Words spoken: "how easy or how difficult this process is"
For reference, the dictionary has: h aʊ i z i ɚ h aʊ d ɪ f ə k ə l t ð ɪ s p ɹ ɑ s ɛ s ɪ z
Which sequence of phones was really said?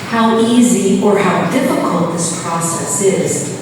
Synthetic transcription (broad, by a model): h aʊ i z i ɚ h aʊ d ɪ f ə k ə l t ð ɪ s p ɹ ɑ s ɛ s ɪ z